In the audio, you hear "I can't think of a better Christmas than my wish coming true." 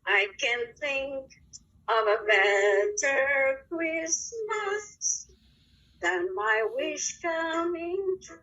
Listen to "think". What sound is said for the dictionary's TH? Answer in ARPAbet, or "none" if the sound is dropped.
TH